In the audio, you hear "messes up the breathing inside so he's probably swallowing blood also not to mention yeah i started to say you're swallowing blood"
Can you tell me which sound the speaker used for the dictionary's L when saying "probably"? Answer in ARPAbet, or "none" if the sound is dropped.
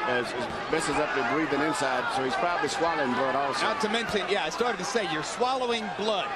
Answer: L